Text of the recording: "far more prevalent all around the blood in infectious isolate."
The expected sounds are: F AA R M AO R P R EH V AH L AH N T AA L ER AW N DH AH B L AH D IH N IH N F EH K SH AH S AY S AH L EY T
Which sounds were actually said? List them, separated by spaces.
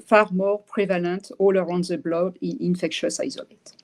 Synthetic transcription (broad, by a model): F AA R M AO R P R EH V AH L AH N T AA L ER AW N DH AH B L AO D IH N IH N F EH K SH AH S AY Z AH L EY T